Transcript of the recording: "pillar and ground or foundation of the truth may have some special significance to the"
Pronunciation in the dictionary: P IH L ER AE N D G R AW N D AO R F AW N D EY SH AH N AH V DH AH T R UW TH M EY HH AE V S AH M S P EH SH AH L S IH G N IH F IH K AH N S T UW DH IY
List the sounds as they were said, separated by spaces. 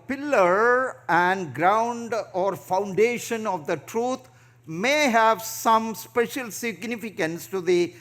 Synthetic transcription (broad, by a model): P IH L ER AE N D G R AW N D AO R F AW N D EY SH AH N AH V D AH T R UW T M EY HH AE V S AH M S P EH SH AH L S IH G N IH F IH K AH N S T UW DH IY